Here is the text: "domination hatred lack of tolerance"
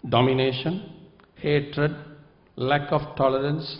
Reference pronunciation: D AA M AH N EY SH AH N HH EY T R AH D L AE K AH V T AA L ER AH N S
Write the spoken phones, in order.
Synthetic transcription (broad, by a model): D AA M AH N EY SH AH N HH EY T R AH D L AE K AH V T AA L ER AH N S